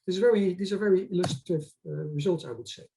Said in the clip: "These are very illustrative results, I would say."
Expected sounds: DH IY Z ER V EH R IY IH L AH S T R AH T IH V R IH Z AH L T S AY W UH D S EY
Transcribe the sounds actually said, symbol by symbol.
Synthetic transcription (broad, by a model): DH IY Z ER V EH R IY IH L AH S T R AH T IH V R IH Z AH L T S AY W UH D S EY